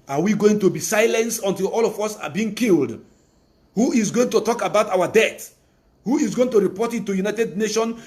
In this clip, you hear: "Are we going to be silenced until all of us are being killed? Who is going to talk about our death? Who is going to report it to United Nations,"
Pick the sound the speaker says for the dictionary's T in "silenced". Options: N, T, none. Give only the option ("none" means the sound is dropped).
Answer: none